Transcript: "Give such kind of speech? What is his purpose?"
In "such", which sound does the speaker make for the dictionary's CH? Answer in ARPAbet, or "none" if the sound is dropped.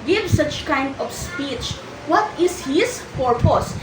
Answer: CH